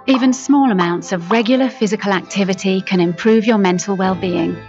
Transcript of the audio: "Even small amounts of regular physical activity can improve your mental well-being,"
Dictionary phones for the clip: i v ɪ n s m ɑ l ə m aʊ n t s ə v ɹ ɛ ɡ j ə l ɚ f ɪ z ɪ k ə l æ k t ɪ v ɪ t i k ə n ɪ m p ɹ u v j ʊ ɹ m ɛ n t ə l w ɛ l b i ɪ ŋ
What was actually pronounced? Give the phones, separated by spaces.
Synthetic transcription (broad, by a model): i v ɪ n s m ɑ l ə m aʊ n t s ə v ɹ ɛ ɡ j l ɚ f ɪ z ɪ k ə l æ k t ɪ v ɪ t i k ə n ɪ m p ɹ u v j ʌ m ɛ n t ə l w ɛ l b i ɪ ŋ